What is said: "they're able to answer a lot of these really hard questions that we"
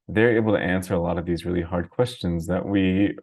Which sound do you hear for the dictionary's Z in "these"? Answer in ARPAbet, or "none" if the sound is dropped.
Z